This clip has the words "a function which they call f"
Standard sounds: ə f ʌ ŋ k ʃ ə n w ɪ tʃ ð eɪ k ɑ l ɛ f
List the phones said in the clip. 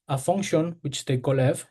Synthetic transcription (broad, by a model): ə f ʌ ŋ k ʃ ə n w ɪ tʃ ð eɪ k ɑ l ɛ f